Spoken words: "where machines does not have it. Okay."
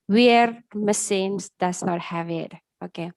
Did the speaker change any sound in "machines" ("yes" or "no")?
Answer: yes